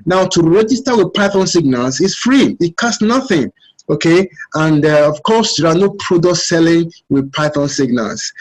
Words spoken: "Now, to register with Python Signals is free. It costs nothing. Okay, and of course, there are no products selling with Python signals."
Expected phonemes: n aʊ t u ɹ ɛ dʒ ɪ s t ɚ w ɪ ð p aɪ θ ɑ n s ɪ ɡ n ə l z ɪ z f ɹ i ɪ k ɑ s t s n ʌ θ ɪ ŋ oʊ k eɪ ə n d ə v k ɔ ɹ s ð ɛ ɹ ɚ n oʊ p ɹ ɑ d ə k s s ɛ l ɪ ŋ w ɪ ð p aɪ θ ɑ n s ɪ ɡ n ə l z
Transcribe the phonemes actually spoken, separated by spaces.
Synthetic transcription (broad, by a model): n aʊ t u ɹ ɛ dʒ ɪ s t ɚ w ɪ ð p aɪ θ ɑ n s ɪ ɡ n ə l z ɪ s f ɹ i ɪ k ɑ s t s n ʌ θ ɪ ŋ oʊ k eɪ ə n d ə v k ɔ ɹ s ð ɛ ɹ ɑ n oʊ p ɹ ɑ d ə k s s ɛ l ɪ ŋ w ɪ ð p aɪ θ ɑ n s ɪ ɡ n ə l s